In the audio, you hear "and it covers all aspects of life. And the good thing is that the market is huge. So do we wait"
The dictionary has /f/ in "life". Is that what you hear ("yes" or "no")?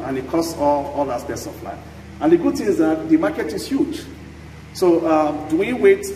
no